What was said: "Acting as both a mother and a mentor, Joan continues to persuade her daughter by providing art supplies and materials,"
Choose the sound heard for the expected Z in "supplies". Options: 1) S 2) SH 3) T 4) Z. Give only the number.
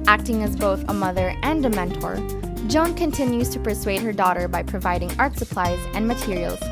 4